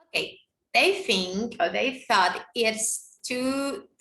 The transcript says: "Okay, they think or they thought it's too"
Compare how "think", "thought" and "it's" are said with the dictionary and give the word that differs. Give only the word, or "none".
none